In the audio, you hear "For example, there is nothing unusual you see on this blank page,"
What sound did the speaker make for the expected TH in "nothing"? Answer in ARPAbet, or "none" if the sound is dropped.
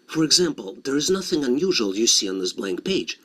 TH